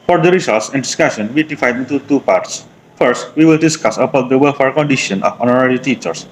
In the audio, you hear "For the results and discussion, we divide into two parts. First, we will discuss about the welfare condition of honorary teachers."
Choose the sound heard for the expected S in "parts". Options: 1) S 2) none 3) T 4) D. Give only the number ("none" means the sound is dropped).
1